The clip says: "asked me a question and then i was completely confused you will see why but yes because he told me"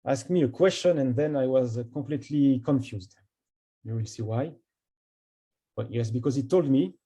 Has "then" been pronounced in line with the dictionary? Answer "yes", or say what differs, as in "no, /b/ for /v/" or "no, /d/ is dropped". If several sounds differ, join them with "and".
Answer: yes